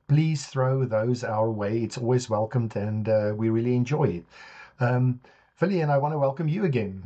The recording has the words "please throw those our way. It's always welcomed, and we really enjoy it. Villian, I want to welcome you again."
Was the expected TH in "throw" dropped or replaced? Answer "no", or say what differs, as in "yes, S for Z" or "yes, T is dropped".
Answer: no